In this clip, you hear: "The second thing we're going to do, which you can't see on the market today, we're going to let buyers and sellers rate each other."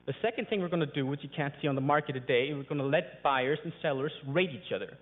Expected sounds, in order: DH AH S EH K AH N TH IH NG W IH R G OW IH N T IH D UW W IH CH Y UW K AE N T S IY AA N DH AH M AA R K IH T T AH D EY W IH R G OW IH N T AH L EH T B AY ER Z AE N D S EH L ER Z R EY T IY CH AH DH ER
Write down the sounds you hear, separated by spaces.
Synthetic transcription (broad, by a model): DH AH S EH K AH N TH IH NG W IH R G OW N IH D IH W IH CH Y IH K AE N T S IY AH N DH AH M AA R K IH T T AH D EY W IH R G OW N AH L EH T B AY ER Z N S EH L ER Z R EY T IY CH AH DH ER